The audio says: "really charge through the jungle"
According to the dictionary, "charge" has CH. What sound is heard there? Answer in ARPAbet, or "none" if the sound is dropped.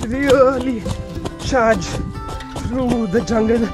SH